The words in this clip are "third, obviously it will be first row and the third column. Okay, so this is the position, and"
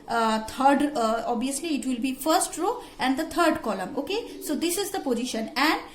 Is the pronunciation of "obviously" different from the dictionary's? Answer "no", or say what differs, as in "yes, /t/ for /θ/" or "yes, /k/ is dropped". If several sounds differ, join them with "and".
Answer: yes, /v/ is dropped